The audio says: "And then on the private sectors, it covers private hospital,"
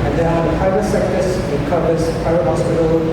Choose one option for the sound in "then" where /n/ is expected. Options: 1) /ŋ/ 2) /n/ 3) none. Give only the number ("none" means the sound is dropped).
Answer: 3